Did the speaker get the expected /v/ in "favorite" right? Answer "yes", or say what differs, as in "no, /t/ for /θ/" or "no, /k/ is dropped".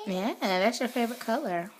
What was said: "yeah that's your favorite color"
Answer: yes